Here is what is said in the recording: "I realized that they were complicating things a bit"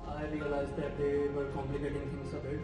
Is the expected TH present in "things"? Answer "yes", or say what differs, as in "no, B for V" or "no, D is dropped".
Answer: no, F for TH